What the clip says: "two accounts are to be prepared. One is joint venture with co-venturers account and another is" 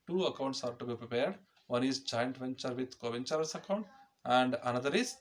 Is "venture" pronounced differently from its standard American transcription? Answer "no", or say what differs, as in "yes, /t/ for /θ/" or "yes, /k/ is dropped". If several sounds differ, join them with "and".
no